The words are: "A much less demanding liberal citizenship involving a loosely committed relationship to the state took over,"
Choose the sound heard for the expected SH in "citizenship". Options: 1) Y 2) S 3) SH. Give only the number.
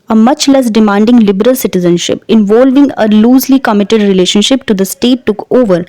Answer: 3